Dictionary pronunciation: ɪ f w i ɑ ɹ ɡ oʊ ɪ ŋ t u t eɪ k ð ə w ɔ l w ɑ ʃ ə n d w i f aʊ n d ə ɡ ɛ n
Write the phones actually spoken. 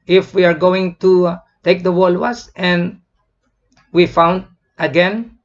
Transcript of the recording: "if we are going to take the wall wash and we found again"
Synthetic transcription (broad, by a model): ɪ f w i ɑ ɹ ɡ oʊ ɪ ŋ t u t eɪ k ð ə w ɔ l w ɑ s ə n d w i f aʊ n d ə ɡ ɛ n